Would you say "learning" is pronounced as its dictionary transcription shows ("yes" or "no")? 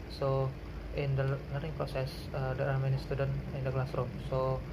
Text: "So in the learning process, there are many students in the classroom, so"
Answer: no